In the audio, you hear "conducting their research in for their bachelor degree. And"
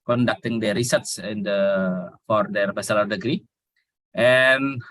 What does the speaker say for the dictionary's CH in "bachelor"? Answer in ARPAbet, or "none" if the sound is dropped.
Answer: S